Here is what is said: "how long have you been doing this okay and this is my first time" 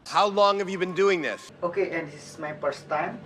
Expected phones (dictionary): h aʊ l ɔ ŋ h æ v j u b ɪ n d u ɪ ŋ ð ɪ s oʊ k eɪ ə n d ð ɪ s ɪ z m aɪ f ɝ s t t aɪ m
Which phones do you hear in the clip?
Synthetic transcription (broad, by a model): h aʊ l ɔ ŋ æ v j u b ɪ n d u ɪ ŋ ð ɪ s oʊ k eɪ ə n d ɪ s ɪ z m aɪ p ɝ s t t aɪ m